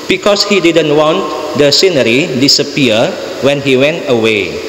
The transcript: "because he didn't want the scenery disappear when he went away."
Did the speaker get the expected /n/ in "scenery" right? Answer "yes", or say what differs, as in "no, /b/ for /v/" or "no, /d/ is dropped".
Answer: yes